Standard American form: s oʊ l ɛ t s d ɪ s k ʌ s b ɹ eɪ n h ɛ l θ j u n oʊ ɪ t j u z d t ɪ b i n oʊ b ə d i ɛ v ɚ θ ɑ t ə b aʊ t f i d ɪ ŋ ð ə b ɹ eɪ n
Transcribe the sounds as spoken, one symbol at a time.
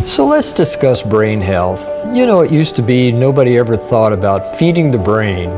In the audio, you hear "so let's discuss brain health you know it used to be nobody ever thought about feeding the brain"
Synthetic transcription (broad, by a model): s oʊ l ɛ t s d ɪ s k ʌ s b ɹ eɪ n h ɛ l θ j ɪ n oʊ ɪ t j u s t ɪ b i n oʊ b ə d i ɛ v ɚ θ ɑ t ə b aʊ t f i d ɪ ŋ ð ə b ɹ eɪ n